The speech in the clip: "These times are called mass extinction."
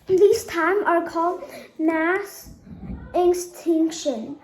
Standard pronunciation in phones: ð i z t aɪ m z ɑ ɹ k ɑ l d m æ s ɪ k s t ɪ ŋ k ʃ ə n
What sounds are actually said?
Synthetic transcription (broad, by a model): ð i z t aɪ m ɑ ɹ k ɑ l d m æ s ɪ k s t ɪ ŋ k ʃ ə n